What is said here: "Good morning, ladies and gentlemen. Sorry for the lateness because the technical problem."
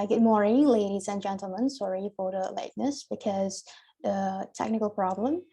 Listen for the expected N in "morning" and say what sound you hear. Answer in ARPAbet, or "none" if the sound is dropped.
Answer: none